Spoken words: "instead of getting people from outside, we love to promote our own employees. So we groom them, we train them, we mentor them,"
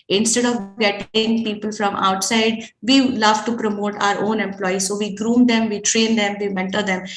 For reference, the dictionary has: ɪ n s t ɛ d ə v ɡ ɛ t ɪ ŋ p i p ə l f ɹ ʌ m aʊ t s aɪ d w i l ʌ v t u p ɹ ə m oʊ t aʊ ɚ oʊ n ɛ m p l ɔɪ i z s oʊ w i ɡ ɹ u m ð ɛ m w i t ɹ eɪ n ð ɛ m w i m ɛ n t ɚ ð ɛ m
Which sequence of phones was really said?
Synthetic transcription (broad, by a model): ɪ n s t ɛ d ə v ɡ ɛ t ɪ ŋ p i p ə l f ɹ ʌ m aʊ t s aɪ d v i l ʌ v t u p ɹ ə m oʊ t aʊ ɚ oʊ n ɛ m p l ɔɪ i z s oʊ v i ɡ ɹ u m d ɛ m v i t ɹ eɪ n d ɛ m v i m ɛ n t ɚ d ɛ m